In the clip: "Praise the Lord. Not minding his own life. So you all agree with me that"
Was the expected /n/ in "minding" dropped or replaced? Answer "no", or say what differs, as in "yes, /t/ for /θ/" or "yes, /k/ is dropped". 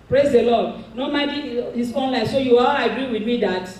yes, /n/ is dropped